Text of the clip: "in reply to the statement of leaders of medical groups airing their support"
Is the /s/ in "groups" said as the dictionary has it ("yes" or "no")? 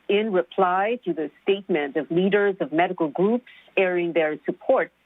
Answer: yes